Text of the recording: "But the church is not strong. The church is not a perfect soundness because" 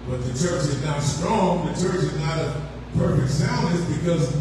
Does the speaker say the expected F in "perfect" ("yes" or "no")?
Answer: yes